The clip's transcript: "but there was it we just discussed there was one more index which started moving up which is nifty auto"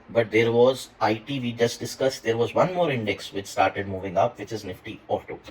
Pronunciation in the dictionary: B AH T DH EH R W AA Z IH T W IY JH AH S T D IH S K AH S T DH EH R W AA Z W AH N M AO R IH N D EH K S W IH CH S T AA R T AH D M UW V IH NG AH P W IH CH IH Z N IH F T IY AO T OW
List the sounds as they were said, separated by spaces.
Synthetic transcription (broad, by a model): B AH T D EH R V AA Z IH T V IY JH AH S T D IH S K AH S T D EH R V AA Z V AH N M AO R IH N D EH K S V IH CH S T AA R T AH D M UW V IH NG AH P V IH CH IH Z N IH F T IY AO T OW